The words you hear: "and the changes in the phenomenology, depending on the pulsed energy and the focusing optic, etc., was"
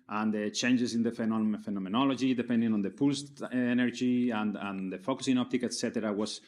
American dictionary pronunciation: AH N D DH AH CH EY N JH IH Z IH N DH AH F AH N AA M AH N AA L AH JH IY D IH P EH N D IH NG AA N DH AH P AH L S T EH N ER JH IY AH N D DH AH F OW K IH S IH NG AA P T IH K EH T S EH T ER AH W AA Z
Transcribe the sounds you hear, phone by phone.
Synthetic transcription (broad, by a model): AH N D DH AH CH EY N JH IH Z IH N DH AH F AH N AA M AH N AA L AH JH IY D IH P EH N D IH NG AA N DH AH P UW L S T EH N ER JH IY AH N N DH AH F OW K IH S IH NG AA P T IH K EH T S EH T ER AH W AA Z